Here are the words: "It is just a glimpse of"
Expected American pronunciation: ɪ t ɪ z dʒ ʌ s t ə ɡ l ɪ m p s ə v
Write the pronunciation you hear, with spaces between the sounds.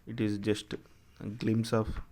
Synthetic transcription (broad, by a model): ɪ t ɪ z dʒ ʌ s t ɡ l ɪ m s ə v